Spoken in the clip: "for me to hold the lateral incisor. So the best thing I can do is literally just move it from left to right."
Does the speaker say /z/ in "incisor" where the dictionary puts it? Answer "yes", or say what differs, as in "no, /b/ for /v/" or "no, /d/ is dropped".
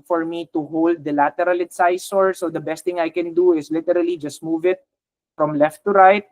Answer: no, /s/ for /z/